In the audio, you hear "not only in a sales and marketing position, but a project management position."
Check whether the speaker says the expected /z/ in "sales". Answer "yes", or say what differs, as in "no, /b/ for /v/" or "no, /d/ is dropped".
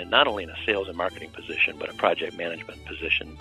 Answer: yes